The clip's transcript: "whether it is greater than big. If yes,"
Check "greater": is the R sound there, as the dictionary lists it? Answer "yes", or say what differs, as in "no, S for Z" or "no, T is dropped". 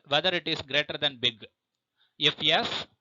yes